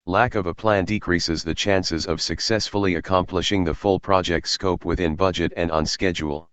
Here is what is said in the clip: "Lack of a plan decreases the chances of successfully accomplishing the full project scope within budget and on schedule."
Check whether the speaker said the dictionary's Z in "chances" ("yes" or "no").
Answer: yes